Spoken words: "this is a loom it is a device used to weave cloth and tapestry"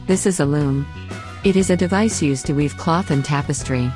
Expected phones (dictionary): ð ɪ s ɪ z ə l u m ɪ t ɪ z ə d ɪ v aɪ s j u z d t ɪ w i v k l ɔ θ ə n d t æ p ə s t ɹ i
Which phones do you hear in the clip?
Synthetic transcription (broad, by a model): ð ɪ s ɪ z ə l u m ɪ t ɪ z ə d ɪ v aɪ s j u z t ɪ w i v k l ɔ θ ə n t æ p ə s t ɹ i